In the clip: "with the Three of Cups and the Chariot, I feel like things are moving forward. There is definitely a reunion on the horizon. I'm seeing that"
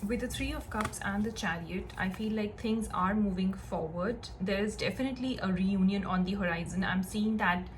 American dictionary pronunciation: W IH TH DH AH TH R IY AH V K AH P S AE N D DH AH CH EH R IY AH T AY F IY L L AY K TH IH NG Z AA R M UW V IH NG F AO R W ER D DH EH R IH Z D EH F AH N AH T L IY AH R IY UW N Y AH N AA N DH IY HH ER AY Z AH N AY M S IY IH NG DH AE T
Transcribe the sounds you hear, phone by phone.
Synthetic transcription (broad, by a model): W IH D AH T R IY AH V K AH P S AE N D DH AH CH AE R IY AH T AY F IY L L AY K T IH NG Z AA R M UW V IH NG F AO R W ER D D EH R IH Z D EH F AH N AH T L IY AH R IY UW N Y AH N AA N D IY HH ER AY Z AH N AY M S IY IH NG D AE T